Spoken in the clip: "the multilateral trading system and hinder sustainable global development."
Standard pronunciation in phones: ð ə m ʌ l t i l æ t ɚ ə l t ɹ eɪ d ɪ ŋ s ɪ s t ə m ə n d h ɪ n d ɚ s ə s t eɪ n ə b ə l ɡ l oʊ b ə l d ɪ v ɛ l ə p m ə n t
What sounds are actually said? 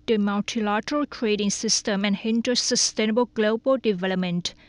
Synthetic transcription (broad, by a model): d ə m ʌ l t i l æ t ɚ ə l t ɹ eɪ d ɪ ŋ s ɪ s t ə m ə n h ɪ n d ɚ s ə s t eɪ n ə b ə l ɡ l oʊ b ə l d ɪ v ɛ l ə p m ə n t